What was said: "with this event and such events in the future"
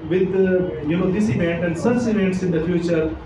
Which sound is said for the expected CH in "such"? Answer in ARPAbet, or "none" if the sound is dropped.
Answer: S